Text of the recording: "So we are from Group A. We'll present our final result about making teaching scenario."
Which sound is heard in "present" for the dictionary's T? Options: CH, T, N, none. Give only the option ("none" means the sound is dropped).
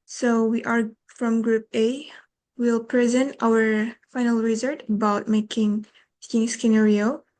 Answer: T